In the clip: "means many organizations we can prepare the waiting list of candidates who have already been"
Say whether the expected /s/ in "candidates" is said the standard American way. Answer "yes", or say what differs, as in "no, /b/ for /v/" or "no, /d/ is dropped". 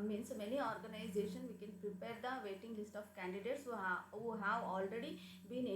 yes